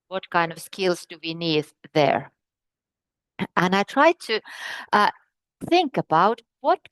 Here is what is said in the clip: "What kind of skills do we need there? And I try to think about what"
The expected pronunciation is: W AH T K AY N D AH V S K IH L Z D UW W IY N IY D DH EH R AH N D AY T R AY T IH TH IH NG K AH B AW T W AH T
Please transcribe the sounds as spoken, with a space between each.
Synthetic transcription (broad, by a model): W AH T K AY N D AH V S K IH L Z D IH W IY N IY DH DH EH R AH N AY T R AY T IH TH IH NG K AH B AW T W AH T